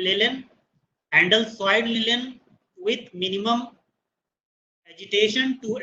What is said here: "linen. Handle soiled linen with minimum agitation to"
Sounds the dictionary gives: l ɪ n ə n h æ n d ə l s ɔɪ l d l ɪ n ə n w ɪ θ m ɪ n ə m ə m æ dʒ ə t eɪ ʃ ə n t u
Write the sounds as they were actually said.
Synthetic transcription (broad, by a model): l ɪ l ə n h æ n d ə l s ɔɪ d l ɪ l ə n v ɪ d m ɪ n ə m ə m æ dʒ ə t eɪ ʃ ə n t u